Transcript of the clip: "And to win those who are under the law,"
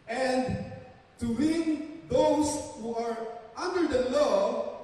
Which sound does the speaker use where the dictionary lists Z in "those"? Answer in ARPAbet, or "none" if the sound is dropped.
S